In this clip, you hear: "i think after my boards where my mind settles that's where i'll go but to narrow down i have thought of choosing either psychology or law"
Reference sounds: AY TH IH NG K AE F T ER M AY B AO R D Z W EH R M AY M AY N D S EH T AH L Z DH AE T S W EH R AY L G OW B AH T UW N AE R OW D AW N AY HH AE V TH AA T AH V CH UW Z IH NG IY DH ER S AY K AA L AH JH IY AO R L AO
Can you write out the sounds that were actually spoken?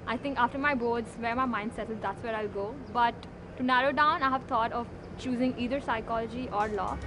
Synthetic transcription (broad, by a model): AY T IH NG K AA F T ER M AY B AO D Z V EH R M AY M AY N D S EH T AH Z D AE T S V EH R AY L G OW B AH T UW N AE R OW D AW N AY HH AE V T AA T AH V CH UW Z IH NG IY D ER S AY K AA L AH JH IY AO R L AO